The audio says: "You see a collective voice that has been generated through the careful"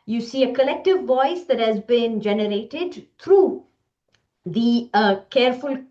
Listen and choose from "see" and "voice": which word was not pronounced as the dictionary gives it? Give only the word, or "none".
none